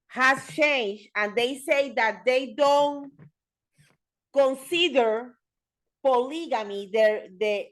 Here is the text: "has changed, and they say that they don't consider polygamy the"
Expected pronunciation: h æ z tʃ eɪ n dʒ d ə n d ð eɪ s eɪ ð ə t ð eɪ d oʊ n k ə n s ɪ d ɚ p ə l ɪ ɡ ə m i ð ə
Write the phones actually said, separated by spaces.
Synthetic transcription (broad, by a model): h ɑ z tʃ eɪ n dʒ d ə n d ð eɪ s eɪ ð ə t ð eɪ d oʊ n k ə n s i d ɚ p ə l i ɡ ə m i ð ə